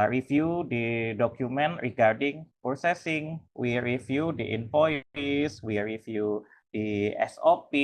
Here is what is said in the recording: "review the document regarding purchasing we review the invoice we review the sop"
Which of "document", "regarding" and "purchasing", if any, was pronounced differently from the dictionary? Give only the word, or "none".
purchasing